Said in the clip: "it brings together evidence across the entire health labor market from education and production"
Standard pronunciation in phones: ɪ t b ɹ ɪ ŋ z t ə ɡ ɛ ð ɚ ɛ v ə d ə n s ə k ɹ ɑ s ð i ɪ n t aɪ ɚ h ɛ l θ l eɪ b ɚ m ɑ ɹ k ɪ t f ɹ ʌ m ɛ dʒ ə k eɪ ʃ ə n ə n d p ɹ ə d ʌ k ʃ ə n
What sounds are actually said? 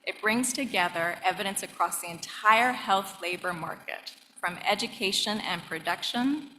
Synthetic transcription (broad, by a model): ɪ t b ɹ ɪ ŋ z t ə ɡ ɛ ð ɚ ɛ v ə d ə n s ə k ɹ ɑ s ð i ɪ n t aɪ ɚ h ɛ l θ l eɪ b ɚ m ɑ ɹ k ɪ t f ɹ ʌ m ɛ dʒ ə k eɪ ʃ ə n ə n p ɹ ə d ʌ k ʃ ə n